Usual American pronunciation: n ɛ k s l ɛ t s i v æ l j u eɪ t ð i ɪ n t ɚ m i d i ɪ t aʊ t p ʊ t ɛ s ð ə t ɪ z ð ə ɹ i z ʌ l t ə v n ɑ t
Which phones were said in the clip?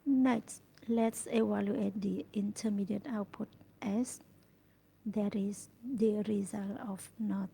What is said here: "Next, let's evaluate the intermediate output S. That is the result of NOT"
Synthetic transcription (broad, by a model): n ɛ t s l ɛ t s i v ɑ l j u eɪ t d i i n t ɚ m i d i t aʊ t p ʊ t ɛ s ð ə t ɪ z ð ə ɹ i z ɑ l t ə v n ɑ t